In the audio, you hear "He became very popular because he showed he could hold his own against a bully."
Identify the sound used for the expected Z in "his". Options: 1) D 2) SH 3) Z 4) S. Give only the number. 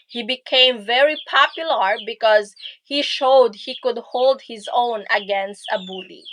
3